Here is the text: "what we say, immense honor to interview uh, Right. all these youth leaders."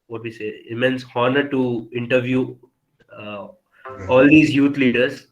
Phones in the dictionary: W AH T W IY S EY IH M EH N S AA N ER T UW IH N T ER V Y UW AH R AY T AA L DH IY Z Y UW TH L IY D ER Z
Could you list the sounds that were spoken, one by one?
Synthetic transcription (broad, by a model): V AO T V IY S EY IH M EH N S AA N ER T UW IH N T ER V Y UW AA L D IY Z Y UW T L IY D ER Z